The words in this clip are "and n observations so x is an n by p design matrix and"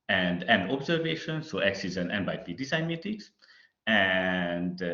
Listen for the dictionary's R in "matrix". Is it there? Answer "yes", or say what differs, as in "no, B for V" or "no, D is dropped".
no, R is dropped